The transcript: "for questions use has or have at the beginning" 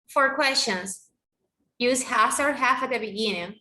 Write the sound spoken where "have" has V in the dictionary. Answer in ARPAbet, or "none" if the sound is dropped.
F